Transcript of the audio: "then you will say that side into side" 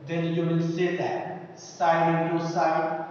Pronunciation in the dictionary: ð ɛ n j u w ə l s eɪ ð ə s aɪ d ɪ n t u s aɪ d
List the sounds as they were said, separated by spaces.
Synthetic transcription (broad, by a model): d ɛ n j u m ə n s eɪ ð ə s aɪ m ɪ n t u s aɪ